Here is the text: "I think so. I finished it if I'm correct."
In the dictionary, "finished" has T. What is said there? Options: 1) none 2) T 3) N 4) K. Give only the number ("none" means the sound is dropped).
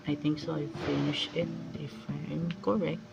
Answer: 1